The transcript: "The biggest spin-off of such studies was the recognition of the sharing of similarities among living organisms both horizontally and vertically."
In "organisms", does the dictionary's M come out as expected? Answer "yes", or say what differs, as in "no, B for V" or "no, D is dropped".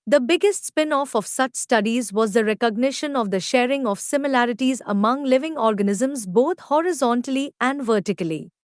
yes